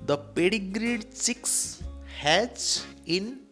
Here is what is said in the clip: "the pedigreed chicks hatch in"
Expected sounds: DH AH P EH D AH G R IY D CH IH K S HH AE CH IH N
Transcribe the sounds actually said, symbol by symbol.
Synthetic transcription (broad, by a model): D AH P EH D AH G R IY D S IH K S HH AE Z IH N